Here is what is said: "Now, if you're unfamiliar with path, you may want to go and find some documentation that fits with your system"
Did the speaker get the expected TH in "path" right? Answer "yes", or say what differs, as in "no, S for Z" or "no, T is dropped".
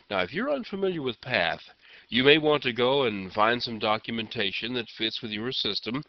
yes